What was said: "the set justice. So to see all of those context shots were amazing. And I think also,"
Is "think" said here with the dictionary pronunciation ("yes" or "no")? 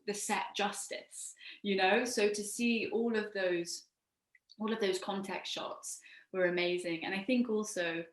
yes